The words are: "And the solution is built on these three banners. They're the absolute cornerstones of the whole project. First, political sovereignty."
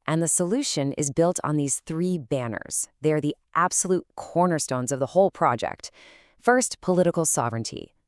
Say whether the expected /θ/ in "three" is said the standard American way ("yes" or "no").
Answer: yes